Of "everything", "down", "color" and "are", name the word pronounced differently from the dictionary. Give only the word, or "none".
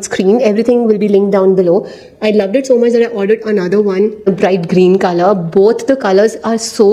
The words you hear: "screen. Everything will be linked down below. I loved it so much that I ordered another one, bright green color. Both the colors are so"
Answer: everything